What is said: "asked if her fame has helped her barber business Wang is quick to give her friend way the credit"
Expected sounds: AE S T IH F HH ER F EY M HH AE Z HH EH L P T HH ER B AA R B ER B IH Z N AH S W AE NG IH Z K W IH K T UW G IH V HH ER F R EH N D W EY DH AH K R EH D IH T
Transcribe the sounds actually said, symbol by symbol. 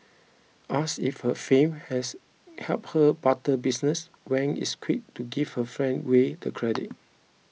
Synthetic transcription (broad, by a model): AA S IH F HH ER F EY M HH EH S HH EH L P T HH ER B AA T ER B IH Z N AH S W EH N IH S K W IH K T UW G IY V HH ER F R EH N D W EY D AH K R EH D IH T